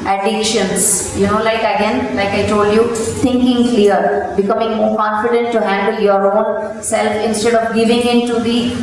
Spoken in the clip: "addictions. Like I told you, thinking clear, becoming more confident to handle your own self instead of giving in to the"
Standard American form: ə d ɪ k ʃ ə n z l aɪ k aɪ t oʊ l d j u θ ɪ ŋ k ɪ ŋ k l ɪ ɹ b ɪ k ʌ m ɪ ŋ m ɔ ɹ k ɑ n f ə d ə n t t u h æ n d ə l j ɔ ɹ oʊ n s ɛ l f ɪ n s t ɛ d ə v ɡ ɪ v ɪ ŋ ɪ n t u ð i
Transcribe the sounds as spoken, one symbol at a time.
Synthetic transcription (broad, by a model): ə d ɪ k ʃ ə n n l aɪ k aɪ t oʊ l d j u t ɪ ŋ k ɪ ŋ k l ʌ ɹ b ɪ k ʌ m ɪ ŋ m ɔ ɹ k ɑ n f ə d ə n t t u h æ n d ə l j ɔ ɹ oʊ n s ɛ l f ɪ n s t ɛ d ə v ɡ ɪ v ɪ ŋ ɪ n t u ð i